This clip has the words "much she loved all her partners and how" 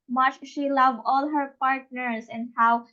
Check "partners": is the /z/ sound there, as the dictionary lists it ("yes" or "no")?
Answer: no